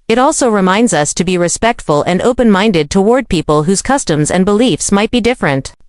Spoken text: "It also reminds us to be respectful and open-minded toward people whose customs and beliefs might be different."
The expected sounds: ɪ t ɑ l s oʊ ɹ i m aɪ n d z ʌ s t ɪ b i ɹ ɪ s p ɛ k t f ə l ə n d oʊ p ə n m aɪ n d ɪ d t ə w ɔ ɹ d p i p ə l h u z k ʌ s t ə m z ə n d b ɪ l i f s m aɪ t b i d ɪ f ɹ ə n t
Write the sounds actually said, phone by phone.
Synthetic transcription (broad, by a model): ɪ t ɑ l s oʊ ɹ i m aɪ n d z ʌ s t ɪ b i ɹ ɪ s p ɛ k t f ə l ə n d oʊ p ə n m aɪ n d ɪ d t ə w ɔ ɹ d p i p ə l h u z k ʌ s t ə m z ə n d b ɪ l i f s m aɪ t b i d ɪ f ɹ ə n t